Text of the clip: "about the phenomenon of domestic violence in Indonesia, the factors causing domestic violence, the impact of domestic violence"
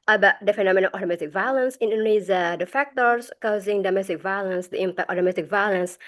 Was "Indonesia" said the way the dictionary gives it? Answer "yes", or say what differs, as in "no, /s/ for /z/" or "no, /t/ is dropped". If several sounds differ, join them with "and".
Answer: no, /z/ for /ʒ/